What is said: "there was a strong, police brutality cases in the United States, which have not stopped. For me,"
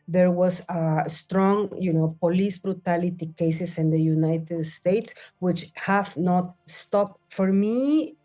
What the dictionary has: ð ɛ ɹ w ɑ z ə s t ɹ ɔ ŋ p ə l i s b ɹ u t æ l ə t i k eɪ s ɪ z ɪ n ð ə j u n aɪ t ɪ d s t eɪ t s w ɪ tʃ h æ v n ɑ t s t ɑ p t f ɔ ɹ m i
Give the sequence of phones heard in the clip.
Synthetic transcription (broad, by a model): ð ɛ ɹ w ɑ s ə s t ɹ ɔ ŋ p ə l i s b ɹ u t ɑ l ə t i k eɪ s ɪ s ɪ n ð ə j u n aɪ t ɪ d s t eɪ t s w ɪ tʃ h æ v n ɑ t s t ɑ p t f ɔ ɹ m i